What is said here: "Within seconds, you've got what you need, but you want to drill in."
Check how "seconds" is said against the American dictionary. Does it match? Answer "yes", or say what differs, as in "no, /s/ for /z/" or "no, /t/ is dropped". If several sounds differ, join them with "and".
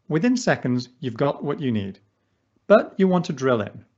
yes